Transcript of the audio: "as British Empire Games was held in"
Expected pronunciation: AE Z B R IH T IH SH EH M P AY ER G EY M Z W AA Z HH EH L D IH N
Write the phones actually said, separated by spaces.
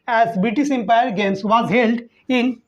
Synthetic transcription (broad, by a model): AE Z B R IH T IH S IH M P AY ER G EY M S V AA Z HH EH L D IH N